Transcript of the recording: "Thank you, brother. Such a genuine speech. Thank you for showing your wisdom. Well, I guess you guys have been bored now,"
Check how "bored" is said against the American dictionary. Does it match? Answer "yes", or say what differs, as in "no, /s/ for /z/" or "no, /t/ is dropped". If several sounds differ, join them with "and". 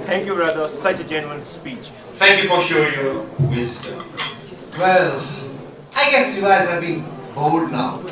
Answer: no, /l/ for /ɹ/